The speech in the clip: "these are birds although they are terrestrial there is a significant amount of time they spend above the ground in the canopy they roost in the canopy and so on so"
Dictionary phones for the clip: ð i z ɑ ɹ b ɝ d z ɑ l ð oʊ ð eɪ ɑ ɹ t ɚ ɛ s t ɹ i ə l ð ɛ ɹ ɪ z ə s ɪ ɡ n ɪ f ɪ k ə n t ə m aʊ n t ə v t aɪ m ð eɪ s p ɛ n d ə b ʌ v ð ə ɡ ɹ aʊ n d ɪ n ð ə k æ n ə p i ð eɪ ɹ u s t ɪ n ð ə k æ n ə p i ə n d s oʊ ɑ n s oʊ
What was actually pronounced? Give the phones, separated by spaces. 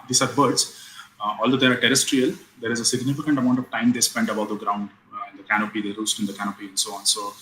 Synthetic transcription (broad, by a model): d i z ɑ ɹ b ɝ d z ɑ l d oʊ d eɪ ɑ ɹ t ɚ ɛ s t ɹ i ə l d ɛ ɹ ɪ z ə s ɪ ɡ n ɪ f ɪ k ə n t ə m aʊ n t ə v t aɪ m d eɪ s p ɛ n d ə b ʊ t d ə ɡ ɹ aʊ n d ɪ n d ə k æ n ə p i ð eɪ ɹ u s t ɪ n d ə k æ n ə p i ə n d s oʊ ɑ n s oʊ